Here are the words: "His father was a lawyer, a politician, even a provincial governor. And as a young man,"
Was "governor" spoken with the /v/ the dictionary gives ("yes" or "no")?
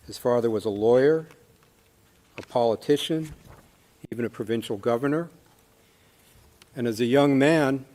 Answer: yes